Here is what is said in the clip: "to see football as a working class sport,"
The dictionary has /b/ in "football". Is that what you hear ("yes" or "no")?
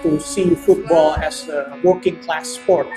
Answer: yes